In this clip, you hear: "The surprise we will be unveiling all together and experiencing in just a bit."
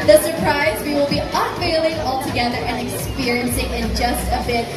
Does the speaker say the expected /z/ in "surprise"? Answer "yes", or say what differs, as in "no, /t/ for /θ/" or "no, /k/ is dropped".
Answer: yes